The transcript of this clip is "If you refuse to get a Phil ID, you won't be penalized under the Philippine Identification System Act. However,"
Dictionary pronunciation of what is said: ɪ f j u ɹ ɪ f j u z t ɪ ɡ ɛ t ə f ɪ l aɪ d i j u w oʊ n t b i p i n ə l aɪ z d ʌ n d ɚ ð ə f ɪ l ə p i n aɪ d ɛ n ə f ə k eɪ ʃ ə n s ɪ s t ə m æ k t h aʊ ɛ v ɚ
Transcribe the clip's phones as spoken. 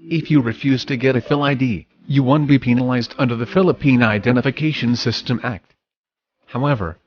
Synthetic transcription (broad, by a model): ɪ f j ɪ ɹ ɪ f j u z t ɪ ɡ ɛ t ə f ɪ l aɪ d i j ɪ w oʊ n b i p i n ə l aɪ z d ʌ n d ɚ ð ə f ɪ l ə p i n aɪ d ɛ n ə f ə k eɪ ʃ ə n s ɪ s t ə m æ k t h aʊ ɛ v ɚ